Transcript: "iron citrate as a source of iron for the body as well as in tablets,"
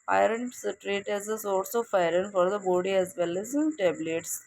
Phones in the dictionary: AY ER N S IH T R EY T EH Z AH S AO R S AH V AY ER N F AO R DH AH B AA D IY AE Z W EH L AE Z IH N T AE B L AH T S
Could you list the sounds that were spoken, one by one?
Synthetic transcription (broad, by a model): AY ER N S T R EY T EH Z AH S AO L S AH F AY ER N F AO R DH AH B AA D IY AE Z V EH L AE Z IH N T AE B L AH T S